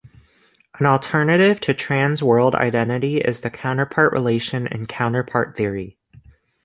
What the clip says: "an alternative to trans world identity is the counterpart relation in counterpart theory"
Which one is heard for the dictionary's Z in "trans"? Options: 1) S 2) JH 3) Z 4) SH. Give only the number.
3